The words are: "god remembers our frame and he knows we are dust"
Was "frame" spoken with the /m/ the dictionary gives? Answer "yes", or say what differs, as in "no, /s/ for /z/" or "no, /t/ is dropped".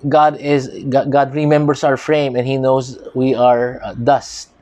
yes